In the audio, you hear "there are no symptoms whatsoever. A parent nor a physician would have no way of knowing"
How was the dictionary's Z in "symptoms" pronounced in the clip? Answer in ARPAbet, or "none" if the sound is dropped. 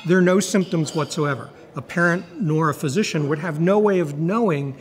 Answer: Z